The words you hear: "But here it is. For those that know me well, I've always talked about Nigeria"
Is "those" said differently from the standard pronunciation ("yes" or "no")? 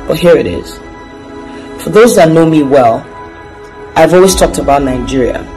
no